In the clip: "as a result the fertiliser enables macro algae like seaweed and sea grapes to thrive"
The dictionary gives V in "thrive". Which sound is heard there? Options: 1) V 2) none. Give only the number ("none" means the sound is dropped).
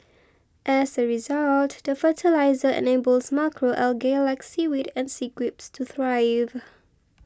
1